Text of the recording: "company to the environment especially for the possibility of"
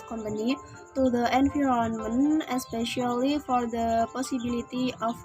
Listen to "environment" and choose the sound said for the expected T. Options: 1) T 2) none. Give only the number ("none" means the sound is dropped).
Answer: 2